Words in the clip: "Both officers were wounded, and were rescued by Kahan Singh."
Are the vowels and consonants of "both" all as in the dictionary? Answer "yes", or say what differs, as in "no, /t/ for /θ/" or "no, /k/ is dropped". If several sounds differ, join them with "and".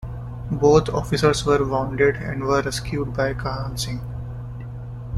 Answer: no, /t/ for /θ/